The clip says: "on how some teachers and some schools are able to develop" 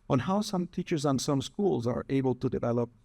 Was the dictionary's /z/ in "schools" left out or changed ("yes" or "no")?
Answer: no